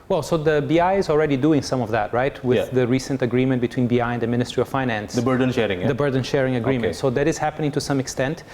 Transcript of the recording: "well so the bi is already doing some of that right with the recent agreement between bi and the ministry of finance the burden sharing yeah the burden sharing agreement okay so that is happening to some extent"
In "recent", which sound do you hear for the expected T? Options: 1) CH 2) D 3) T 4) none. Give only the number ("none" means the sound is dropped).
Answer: 3